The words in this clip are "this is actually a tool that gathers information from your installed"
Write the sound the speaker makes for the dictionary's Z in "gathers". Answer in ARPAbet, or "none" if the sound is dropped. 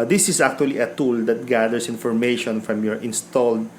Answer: S